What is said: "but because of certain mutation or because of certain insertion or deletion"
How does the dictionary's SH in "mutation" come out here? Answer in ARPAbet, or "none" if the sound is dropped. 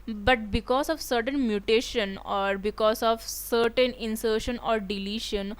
SH